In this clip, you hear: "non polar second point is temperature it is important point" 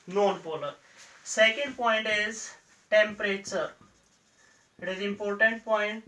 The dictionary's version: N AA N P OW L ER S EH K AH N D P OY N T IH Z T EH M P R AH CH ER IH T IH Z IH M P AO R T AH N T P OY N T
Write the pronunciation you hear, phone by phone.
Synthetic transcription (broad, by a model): N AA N B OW L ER S EH K AH N D P OY N T IH Z T EH M P R AH CH ER IH T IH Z IH M P AO R T AH N T P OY N T